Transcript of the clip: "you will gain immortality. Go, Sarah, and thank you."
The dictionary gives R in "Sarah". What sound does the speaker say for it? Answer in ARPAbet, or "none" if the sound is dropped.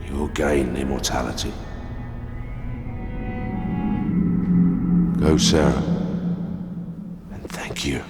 R